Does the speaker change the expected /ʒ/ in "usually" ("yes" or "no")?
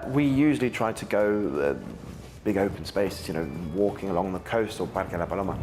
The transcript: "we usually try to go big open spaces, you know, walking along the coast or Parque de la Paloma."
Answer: no